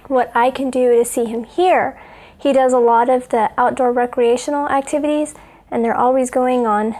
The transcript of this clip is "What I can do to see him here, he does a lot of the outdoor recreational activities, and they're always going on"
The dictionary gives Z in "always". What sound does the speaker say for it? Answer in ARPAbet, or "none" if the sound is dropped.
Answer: Z